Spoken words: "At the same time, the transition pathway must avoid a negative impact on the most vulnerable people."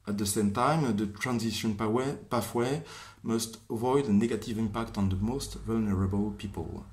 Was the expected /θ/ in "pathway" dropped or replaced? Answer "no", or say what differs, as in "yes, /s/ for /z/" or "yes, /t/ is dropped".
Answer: yes, /f/ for /θ/